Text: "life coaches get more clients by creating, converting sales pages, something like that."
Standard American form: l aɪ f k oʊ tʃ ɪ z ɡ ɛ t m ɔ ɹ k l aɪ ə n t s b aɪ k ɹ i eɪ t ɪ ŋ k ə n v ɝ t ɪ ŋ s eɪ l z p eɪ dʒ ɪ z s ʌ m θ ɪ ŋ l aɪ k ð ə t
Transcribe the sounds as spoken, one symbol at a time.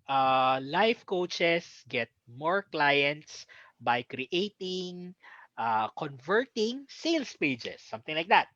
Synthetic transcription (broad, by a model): l aɪ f k oʊ tʃ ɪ s ɡ ɛ t m ɔ ɹ k l aɪ ə n t s b aɪ k ɹ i eɪ t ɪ ŋ k ə n v ɝ t ɪ ŋ s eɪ l s p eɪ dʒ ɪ s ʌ m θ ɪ ŋ l aɪ k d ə t